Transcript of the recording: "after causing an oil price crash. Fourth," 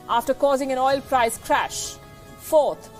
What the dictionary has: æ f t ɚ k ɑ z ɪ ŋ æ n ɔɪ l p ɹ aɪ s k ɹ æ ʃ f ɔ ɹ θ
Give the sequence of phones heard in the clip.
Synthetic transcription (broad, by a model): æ f t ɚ k ɑ z ɪ ŋ æ n ɔɪ l p ɹ aɪ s k ɹ æ ʃ f ɔ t